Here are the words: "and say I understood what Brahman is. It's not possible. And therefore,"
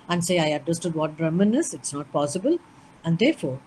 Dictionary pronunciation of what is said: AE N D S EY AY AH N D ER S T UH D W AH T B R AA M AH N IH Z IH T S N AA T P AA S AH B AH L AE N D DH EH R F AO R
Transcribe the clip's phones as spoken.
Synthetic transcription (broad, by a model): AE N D S EY AY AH D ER S T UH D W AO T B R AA M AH N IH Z IH T S N AA T P AA S AH B AH L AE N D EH R F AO R